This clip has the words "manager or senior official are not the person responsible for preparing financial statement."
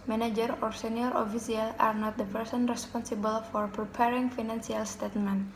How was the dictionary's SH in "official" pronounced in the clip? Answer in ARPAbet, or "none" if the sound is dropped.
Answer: S